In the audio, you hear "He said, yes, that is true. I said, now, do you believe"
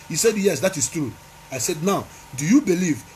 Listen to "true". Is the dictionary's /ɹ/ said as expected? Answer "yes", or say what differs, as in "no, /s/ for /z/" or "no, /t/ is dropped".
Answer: yes